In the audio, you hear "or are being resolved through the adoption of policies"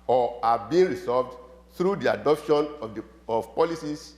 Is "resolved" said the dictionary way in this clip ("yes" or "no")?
no